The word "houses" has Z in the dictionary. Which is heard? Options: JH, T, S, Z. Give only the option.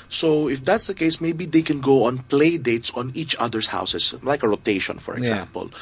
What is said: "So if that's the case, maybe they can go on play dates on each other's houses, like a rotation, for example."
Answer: S